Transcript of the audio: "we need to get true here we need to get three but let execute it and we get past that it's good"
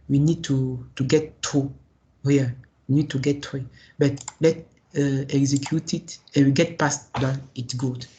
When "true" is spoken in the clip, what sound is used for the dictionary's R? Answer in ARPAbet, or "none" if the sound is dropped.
none